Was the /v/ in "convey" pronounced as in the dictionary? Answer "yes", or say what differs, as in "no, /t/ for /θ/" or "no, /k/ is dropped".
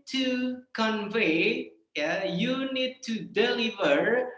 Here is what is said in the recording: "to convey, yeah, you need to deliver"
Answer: yes